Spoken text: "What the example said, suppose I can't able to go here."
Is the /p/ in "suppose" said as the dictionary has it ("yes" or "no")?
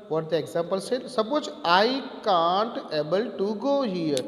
no